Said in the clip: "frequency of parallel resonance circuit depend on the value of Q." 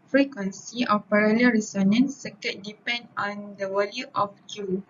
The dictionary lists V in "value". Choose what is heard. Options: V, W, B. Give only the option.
W